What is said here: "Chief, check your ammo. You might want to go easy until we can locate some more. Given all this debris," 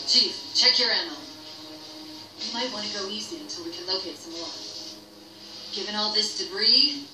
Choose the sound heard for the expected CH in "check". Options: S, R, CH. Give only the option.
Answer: CH